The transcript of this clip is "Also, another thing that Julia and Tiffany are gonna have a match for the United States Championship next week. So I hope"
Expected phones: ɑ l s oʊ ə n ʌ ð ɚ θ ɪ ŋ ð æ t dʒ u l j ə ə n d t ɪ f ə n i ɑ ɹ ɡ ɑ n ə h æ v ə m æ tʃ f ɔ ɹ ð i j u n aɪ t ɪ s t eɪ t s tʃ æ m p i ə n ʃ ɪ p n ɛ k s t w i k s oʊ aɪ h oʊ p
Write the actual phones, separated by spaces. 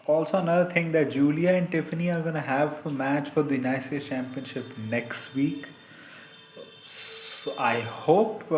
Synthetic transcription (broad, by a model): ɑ l s oʊ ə n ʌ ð ɚ t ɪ ŋ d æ t dʒ u l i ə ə n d t ɪ f ə n i ɑ ɹ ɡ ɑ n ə h æ v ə m æ tʃ f ɔ ɹ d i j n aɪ s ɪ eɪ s tʃ æ m p i ə n ʃ ɪ p n ɛ k s t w i k s oʊ aɪ h oʊ p